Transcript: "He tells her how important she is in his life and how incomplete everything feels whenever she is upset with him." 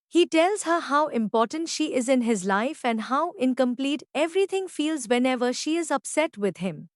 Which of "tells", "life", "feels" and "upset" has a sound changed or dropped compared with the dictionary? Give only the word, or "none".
none